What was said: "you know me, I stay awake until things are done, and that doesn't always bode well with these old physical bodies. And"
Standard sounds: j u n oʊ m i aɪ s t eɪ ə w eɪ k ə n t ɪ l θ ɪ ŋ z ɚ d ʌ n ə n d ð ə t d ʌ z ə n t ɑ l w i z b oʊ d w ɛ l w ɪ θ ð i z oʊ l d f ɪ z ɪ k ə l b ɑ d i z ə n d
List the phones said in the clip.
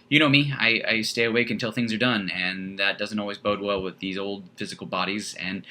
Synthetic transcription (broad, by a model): j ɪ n oʊ m i aɪ s t eɪ ə w eɪ k ə n t ɪ l θ ɪ ŋ z ɚ d ʌ n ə n ð ə t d ʌ z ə n t ɑ l w i z b oʊ d w ɛ l w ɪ ð i z oʊ l d f ɪ z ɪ k l b ɑ d i z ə n